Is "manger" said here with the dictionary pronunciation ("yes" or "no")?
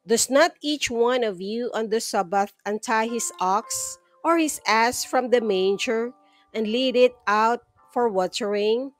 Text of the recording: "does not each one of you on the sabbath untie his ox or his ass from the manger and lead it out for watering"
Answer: yes